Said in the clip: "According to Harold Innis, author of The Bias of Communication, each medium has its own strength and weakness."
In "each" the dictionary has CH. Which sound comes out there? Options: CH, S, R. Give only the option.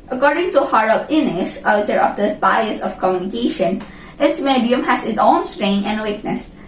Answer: S